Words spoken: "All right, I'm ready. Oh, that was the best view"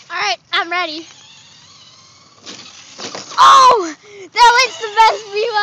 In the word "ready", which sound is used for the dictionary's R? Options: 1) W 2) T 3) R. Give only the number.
3